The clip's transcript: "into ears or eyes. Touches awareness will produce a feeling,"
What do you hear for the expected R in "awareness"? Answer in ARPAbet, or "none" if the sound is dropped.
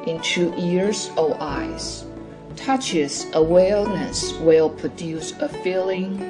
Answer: L